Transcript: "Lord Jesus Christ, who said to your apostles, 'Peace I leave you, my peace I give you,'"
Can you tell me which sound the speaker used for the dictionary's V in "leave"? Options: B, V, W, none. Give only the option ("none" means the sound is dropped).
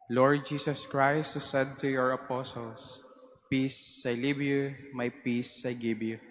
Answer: B